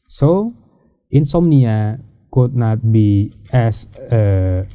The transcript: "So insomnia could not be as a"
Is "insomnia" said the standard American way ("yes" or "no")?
yes